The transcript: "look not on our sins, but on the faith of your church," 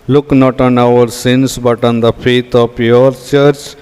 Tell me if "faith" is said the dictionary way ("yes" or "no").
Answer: no